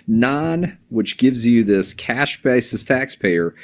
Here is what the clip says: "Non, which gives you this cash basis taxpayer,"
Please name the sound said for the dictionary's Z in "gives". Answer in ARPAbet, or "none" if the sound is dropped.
Z